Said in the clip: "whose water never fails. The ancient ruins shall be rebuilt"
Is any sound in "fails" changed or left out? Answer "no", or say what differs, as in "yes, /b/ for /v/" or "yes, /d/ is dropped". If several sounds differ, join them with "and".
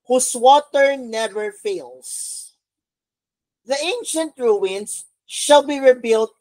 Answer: yes, /s/ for /z/